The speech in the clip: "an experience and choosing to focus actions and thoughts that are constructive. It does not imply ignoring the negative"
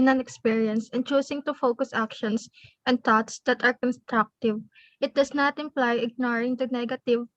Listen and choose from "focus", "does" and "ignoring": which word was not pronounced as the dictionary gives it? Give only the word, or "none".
does